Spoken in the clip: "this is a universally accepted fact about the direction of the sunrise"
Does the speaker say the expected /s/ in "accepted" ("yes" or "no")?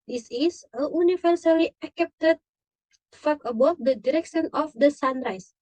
no